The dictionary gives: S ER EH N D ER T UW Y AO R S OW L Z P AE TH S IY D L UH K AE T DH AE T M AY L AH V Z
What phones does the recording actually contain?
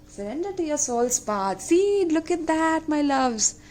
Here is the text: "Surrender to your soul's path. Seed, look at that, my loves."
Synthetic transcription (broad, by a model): S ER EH N D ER T UW Y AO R S OW L S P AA T S IY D L UH K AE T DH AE T M AY L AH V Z